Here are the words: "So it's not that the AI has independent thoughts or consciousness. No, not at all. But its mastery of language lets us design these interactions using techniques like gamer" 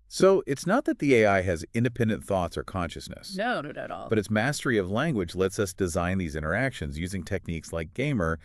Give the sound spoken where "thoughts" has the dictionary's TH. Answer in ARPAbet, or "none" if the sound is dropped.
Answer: TH